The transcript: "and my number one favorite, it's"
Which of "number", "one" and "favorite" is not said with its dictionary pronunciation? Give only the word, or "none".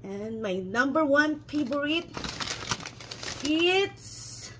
favorite